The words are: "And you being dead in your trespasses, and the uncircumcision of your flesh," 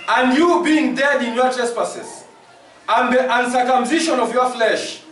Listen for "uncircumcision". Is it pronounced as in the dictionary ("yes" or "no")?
no